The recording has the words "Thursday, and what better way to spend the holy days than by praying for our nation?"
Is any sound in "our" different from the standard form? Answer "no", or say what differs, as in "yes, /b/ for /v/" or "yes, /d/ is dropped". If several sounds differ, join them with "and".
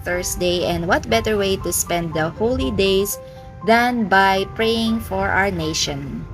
no